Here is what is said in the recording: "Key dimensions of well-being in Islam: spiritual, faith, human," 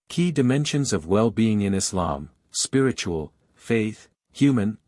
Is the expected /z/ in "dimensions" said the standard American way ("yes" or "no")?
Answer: yes